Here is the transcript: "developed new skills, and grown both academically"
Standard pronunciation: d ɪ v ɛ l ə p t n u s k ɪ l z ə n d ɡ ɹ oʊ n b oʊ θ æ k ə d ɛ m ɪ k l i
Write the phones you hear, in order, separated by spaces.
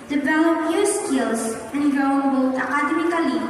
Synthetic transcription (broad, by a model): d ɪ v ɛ l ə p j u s k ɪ l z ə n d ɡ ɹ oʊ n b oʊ t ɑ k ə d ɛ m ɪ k l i